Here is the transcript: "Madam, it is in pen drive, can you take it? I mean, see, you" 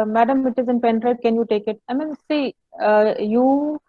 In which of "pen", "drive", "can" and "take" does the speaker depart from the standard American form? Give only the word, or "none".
drive